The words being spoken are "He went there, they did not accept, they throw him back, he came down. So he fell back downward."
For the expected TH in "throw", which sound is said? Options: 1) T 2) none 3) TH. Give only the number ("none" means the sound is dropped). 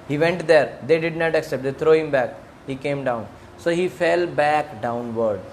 1